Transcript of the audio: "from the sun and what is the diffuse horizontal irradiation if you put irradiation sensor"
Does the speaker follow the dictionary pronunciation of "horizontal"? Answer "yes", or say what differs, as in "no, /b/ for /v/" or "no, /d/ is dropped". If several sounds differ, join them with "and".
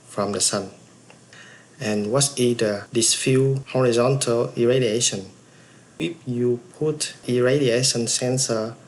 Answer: yes